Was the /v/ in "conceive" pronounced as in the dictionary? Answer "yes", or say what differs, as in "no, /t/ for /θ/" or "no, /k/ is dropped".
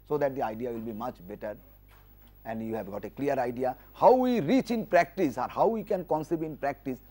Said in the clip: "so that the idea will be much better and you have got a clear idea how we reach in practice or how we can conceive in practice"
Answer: no, /b/ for /v/